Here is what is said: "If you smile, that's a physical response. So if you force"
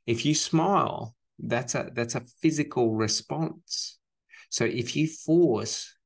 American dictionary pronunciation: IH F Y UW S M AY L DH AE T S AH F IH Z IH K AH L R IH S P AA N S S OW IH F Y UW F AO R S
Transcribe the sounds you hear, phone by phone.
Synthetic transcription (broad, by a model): IH F Y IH S M AY L DH AE T S AH F IH Z IH K AH L R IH S P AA N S S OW IH F Y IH F AO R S